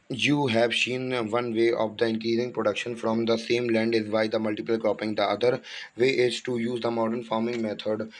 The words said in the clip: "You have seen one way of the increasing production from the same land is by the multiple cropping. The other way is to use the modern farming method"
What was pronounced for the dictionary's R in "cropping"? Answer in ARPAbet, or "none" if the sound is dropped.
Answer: none